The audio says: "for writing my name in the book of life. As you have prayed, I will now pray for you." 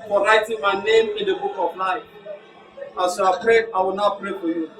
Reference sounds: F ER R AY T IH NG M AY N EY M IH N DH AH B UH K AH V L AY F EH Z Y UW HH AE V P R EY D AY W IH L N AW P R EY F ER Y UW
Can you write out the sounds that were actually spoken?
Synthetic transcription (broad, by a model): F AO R AY T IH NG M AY N EY M IH N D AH B UH K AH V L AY AA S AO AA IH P R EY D AY W IH L N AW P R EY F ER Y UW